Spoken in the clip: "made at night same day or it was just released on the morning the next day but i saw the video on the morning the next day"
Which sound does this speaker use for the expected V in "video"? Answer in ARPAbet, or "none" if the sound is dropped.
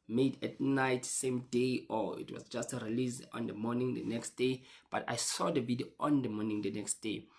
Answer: B